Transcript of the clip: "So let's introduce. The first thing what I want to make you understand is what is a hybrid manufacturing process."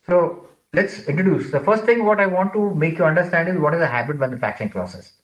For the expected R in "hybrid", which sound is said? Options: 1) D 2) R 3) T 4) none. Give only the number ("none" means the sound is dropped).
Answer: 4